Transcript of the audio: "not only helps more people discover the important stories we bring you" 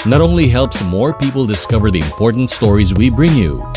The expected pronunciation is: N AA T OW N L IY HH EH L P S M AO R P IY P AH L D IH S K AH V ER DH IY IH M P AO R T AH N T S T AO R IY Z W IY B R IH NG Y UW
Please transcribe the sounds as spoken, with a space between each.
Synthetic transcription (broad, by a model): N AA T OW N L IY HH EH L P S M AO R P IY P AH L D IH S K AH V ER DH IY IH M P AO R T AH N T S T AO R IY Z W IY B R IH NG Y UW